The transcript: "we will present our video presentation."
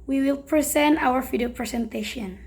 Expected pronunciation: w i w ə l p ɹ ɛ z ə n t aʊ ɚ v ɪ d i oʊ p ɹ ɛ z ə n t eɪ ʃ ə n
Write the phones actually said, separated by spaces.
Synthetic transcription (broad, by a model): w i w ə l p ɹ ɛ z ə n t aʊ ɚ f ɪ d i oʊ p ɹ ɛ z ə n t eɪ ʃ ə n